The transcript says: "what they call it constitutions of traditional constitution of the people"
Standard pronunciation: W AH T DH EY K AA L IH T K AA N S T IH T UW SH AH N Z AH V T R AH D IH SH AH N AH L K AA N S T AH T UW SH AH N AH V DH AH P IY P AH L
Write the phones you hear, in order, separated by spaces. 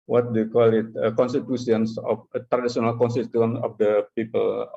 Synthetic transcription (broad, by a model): W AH T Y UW K AA L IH T K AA N S T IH T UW S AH N S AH F T R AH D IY S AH N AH L K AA N S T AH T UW AH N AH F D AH P IY P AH L